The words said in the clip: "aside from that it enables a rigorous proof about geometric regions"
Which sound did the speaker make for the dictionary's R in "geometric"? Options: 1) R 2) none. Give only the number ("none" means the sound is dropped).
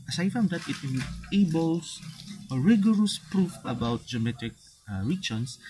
2